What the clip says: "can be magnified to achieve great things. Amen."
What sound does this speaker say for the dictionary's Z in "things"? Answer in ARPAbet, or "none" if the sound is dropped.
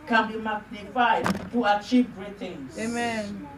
none